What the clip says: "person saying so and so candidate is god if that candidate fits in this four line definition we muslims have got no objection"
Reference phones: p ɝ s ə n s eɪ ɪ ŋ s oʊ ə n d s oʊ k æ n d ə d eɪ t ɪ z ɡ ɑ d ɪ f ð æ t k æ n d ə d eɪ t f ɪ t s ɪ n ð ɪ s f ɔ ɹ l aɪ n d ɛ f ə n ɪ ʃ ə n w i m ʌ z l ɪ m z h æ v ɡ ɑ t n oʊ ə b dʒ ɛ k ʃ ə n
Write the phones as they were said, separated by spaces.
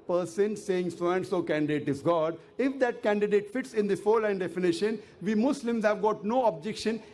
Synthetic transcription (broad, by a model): p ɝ s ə n s eɪ ɪ ŋ s oʊ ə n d s oʊ k æ n d ə d eɪ t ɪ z ɡ ɑ d ɪ f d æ t k æ n d ə d eɪ t f ɪ t s ɪ n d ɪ f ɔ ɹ l aɪ n d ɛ f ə n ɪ ʃ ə n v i m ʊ s l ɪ m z h æ v ɡ ɑ t n oʊ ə b dʒ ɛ k ʃ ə n